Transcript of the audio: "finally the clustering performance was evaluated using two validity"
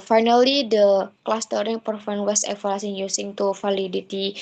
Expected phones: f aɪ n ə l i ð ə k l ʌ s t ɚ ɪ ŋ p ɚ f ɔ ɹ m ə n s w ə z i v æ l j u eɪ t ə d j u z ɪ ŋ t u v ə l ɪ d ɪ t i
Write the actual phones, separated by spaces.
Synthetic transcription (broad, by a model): f aɪ n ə l i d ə k l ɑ s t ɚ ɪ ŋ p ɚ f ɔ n w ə s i f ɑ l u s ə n j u s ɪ ŋ t u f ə l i d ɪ t i